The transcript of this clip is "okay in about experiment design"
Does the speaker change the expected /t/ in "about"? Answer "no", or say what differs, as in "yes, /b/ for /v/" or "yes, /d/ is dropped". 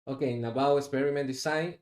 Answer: yes, /t/ is dropped